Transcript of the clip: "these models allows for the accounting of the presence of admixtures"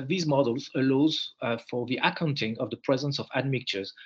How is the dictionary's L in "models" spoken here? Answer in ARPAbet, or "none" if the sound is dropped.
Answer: L